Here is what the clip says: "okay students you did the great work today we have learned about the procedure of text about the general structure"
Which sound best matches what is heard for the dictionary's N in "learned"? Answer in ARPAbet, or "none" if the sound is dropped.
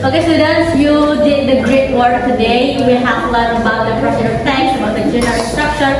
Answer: L